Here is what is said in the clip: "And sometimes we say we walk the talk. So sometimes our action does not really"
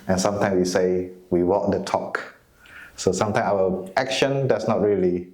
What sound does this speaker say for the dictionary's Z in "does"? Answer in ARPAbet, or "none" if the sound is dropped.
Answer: S